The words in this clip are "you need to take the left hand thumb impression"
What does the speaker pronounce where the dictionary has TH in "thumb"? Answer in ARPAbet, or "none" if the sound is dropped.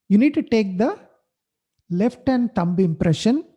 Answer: T